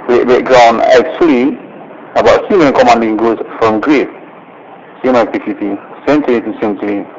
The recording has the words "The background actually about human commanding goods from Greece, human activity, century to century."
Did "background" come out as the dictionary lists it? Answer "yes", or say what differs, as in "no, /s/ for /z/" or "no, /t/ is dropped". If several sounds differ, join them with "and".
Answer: no, /d/ is dropped